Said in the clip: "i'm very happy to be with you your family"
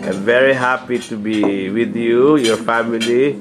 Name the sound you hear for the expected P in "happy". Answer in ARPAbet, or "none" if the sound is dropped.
P